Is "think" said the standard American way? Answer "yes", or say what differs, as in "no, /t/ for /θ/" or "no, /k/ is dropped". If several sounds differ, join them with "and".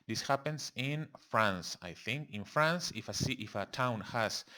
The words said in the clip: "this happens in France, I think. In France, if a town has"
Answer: yes